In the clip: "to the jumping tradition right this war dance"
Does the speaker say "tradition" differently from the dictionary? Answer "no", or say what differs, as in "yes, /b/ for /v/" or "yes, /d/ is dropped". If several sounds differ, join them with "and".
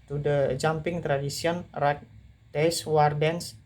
yes, /s/ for /ʃ/